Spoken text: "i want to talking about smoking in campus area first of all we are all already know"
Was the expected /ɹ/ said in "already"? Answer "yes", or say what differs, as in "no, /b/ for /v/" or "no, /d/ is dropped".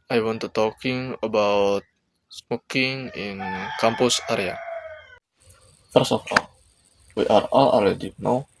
no, /ɹ/ is dropped